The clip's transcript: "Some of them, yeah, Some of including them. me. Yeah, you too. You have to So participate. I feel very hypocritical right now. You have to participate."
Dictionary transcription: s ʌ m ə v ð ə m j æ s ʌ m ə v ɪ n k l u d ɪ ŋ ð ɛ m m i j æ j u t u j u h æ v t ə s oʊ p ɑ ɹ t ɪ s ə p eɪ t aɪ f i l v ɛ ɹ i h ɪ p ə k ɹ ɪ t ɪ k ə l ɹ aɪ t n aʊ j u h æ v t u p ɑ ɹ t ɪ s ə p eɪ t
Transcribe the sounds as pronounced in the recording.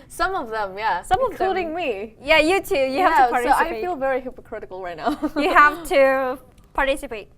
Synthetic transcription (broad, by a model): s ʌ m ə v ð ə m j æ s ʌ m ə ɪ k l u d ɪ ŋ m m i j æ j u t u j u h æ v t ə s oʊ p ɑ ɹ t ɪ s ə ɪ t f i l v ɛ ɹ i h ɪ p ə k ɹ ɪ t ɪ k ə l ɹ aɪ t n aʊ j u h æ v t u p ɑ ɹ t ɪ s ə p eɪ t